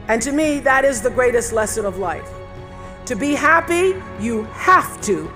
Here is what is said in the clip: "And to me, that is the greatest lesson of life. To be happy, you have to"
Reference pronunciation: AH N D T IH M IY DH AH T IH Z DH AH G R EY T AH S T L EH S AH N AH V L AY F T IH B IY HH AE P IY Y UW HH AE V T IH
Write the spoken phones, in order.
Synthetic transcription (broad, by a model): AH N T IH M IY DH AH T IH Z DH AH G R EY T AH S T L EH S AH N AH V L AY F T IH B IY HH AE P IY Y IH HH AE F T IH